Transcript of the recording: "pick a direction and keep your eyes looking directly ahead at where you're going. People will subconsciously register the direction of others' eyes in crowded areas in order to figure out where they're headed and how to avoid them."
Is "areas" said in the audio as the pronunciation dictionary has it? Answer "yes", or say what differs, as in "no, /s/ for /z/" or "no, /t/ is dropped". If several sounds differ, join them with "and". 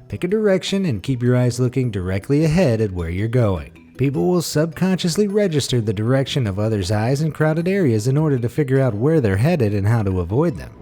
yes